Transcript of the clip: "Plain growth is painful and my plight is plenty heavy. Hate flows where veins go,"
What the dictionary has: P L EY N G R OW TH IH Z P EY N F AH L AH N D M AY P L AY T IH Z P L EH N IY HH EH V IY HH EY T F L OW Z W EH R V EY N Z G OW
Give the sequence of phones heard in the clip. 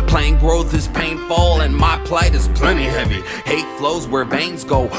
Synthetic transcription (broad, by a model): P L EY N G R OW TH IH Z P EY N F AH L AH N M AY P L AY T IH Z P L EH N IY HH EH V IY HH EY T F L OW Z W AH R V EY N Z G OW